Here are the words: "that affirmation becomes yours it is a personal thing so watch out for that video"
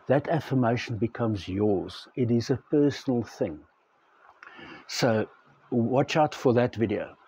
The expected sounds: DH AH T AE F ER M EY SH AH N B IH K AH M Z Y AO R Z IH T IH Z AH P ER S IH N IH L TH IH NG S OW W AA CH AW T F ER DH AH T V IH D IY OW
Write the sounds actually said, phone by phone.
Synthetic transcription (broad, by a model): DH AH T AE F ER M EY SH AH N B IH K AH M Z Y AO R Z IH T IH Z AH P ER S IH N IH L TH IH NG S OW W AA CH AW T F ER DH AH T V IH D IY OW